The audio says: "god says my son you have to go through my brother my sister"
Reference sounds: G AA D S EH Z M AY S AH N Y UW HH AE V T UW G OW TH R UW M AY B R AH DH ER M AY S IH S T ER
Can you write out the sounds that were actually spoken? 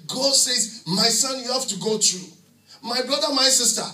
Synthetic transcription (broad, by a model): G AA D S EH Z M AY S AH N Y UW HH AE F T UW G OW T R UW M AY B R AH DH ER M AY S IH S T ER